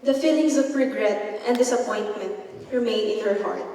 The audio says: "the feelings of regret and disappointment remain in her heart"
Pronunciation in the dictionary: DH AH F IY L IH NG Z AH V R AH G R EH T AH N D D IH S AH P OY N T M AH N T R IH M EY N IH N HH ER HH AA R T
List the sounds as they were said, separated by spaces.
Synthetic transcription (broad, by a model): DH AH F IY L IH NG S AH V R AH G R EH T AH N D D IH S AH P OY N T M AH N T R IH M EY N IH N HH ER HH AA R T